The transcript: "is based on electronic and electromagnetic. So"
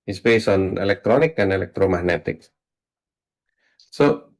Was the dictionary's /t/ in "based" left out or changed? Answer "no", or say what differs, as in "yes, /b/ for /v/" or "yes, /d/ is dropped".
yes, /t/ is dropped